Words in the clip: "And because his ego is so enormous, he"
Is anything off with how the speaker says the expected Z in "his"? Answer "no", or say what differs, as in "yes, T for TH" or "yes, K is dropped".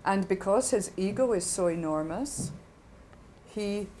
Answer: no